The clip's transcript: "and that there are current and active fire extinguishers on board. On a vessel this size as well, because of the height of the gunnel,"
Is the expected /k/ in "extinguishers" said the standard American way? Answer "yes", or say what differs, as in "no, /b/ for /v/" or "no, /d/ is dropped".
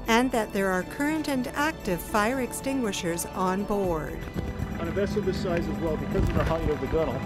yes